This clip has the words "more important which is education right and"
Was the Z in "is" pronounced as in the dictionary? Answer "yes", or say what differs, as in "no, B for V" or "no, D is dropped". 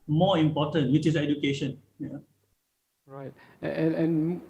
no, S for Z